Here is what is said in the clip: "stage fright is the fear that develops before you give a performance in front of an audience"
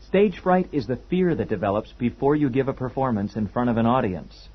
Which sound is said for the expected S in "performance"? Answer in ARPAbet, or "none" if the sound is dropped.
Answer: S